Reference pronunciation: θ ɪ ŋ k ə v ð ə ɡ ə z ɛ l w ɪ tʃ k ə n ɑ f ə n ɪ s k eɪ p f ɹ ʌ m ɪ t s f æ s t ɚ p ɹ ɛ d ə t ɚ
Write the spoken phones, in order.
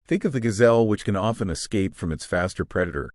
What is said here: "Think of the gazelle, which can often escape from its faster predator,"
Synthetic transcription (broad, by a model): θ ɪ ŋ k ə v ð ə ɡ ə z ɛ l w ɪ tʃ k ə n ɑ f ə n ɪ s k eɪ p f ɹ ʌ m ɪ t s f æ s t ɚ p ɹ ɛ d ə t ɚ